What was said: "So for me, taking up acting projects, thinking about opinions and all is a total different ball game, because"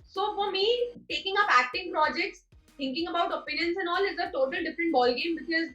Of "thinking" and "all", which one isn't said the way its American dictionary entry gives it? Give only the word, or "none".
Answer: thinking